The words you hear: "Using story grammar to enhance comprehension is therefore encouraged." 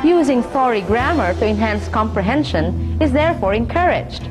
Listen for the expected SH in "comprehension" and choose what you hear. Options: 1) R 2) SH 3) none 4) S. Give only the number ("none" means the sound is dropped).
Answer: 2